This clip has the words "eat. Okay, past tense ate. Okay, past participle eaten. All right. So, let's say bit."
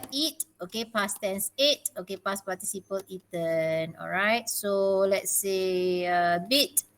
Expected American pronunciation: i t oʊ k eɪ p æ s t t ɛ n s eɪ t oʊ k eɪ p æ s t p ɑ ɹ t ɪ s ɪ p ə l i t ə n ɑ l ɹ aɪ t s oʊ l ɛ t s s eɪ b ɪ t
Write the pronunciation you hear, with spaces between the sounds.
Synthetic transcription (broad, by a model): i t oʊ k eɪ p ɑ s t t ɛ n s eɪ t oʊ k eɪ p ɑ s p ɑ t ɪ s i p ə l i t ə n ɑ l ɹ aɪ t s oʊ l ɛ t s s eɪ b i t